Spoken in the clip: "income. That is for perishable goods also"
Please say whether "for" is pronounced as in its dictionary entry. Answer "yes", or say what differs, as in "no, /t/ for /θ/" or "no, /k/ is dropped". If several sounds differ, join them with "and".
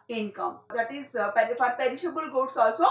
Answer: no, /p/ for /f/